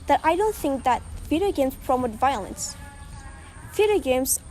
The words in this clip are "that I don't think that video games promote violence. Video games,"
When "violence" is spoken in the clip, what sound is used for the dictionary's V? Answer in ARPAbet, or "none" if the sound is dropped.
V